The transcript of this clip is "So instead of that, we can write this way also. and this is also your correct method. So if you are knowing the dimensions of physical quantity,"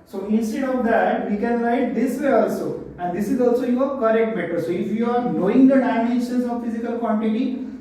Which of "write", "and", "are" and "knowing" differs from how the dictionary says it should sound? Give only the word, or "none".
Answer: write